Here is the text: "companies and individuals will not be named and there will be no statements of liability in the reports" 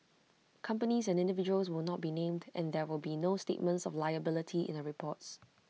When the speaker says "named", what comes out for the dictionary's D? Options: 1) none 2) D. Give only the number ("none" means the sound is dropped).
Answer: 2